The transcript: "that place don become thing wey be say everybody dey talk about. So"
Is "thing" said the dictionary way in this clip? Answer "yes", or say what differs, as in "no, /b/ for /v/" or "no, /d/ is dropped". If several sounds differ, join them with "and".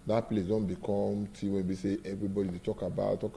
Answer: no, /t/ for /θ/